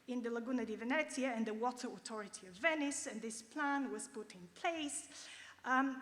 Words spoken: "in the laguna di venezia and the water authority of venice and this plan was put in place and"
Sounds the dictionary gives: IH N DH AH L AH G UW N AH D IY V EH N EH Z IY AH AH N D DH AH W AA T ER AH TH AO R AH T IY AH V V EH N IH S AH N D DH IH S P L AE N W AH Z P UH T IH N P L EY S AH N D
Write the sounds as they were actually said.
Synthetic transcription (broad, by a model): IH N DH AH L AH G UW N AH D IY V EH N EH S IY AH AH N DH AH W AA T ER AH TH AO R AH T IY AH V V EH N IH S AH N DH IH S P L AE N W AH Z P UH T IH N P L EY AH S